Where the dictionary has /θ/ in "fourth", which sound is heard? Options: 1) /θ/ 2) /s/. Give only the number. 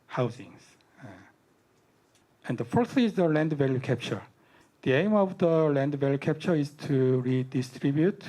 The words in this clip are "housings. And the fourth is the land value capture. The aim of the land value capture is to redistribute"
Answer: 2